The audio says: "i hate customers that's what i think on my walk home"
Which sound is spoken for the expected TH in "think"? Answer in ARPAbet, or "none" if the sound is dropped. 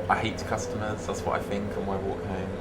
TH